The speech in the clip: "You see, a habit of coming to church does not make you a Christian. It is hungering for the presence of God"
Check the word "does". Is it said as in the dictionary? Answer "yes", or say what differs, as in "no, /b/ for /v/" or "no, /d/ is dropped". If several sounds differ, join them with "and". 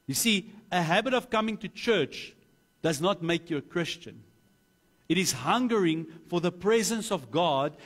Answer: yes